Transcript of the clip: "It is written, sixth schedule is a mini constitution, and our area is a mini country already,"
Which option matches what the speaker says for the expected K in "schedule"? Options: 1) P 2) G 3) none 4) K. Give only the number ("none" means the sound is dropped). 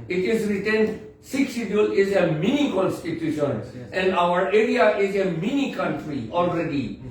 3